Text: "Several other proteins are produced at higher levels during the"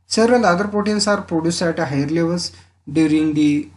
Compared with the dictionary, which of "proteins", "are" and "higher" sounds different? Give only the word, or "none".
proteins